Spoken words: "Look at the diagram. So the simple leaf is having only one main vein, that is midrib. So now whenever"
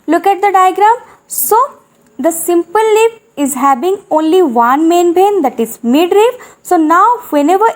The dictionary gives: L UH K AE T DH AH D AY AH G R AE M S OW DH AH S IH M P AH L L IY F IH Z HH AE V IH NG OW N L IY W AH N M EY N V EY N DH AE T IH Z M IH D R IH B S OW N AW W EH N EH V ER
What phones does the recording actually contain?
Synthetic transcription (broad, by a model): L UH K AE T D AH D AY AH G R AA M S OW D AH S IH M P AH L L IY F IH Z HH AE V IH NG OW N L IY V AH N M EY N B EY N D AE T IH Z M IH D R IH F S OW N AW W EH N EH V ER